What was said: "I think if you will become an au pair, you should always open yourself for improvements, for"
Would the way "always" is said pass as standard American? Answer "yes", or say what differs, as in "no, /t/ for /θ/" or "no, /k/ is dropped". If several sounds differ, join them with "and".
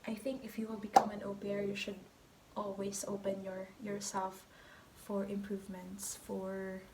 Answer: no, /s/ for /z/